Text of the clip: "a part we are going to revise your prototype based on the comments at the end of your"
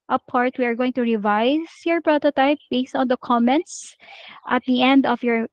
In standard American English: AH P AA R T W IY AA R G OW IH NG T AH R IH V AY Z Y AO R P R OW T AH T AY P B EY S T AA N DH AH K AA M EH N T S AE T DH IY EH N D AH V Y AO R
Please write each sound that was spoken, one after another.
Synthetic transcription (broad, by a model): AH P AA R T W IY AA R G OW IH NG T AH R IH V AY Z Y AO R P R OW T AH T AY P B EY S T AA N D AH K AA M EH N T S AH T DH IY EH N D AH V Y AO R